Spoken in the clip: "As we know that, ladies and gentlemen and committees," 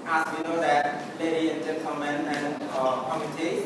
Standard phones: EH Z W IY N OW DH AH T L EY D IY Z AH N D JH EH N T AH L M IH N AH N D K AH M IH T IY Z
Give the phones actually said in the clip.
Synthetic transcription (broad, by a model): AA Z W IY N OW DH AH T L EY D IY AH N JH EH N S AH M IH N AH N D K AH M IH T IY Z